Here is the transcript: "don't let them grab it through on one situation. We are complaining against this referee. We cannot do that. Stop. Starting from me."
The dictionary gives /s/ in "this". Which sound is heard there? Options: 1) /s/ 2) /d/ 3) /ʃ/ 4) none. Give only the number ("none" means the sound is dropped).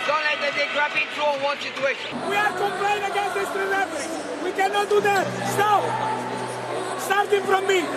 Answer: 4